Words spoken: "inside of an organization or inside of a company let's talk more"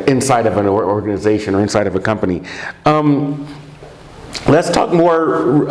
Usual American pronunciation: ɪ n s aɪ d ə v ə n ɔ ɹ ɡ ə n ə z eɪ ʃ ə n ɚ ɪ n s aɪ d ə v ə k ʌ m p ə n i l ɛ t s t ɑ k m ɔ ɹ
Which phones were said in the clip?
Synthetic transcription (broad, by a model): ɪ n s aɪ d ə v ə n ɔ ɹ ɡ ə n ə z eɪ ʃ ə n ɚ ɪ n s aɪ d ə v ə k ʌ m p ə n i l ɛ t s t ɑ k m ɔ ɹ